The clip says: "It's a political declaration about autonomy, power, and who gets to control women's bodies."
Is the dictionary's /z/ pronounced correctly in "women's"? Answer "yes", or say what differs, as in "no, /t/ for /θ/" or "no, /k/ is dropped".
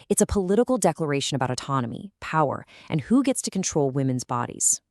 yes